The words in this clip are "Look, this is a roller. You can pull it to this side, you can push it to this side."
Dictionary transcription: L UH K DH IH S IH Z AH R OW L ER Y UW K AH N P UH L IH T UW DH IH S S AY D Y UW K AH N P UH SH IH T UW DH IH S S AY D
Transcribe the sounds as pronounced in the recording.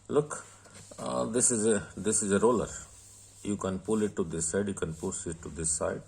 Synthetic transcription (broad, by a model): L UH K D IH S IH Z AH R OW L ER Y UW K AH N P UH L IH T UW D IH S S AY D Y UW K AH N P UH S IH T UW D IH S S AY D